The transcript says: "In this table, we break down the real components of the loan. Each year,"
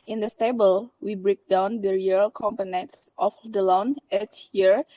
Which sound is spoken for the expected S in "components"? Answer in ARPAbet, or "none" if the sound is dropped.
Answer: S